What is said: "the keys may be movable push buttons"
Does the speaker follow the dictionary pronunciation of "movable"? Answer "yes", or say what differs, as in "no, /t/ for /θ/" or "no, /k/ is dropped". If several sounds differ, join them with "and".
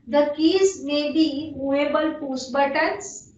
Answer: no, /v/ is dropped